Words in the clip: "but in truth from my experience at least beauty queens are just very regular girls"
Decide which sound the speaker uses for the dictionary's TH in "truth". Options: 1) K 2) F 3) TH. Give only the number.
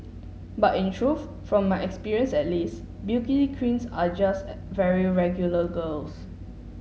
2